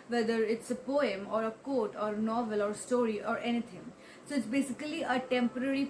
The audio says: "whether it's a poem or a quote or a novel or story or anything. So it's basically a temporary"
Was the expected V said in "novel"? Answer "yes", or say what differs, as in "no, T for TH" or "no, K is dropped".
yes